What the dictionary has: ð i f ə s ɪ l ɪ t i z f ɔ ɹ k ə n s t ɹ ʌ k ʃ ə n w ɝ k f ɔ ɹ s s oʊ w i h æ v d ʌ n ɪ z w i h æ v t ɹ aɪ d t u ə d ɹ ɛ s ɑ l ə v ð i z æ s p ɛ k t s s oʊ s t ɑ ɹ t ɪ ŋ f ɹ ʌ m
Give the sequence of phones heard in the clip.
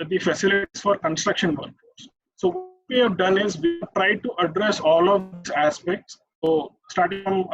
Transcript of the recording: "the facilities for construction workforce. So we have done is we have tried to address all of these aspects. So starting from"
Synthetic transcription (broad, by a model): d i f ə s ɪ l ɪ t i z f ɔ ɹ k ə n s t ɹ ʌ k ʃ ə n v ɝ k ɔ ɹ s s oʊ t i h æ v d ʌ n ɪ z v i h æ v t ɹ aɪ d t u ə d ɹ ɛ s ɑ l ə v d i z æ s p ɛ k t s s oʊ s t ɑ ɹ t ɪ ŋ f ɹ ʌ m